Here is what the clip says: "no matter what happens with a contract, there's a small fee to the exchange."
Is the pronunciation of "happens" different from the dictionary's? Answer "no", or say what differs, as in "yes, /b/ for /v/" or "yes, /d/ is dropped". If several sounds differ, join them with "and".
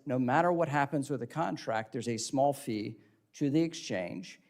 no